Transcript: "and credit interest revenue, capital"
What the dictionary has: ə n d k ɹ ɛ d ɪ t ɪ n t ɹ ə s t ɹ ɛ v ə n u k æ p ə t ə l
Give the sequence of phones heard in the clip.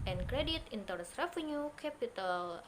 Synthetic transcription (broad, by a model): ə n k ɹ ɛ d ɪ t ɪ n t ə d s ɹ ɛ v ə n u k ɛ p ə t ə l